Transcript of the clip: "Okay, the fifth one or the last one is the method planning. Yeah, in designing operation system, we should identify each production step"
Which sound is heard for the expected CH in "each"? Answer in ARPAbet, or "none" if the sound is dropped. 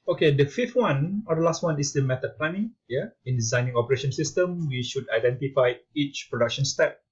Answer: CH